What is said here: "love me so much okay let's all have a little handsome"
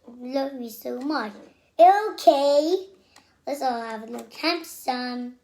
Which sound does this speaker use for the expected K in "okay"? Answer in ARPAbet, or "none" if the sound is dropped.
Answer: K